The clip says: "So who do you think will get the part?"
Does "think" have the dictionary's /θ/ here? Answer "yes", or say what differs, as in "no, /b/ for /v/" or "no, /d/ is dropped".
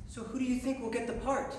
yes